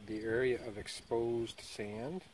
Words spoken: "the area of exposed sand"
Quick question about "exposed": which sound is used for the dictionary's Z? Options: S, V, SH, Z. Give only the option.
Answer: Z